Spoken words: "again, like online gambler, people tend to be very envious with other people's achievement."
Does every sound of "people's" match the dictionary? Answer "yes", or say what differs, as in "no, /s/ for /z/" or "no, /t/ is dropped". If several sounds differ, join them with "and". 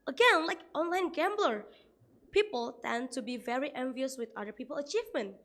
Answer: no, /z/ is dropped